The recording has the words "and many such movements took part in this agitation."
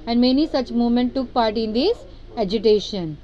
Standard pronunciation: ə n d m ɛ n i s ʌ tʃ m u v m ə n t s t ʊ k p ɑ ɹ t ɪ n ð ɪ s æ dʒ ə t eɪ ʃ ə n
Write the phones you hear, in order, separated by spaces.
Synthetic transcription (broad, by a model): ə n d m ɛ n i s ʌ tʃ m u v m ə n t t ʊ k p ɑ ɹ t ɪ n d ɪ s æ dʒ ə t eɪ ʃ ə n